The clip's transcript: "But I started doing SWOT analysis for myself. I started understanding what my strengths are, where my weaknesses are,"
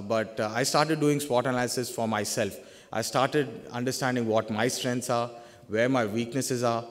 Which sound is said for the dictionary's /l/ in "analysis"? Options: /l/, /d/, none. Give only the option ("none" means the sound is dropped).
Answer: none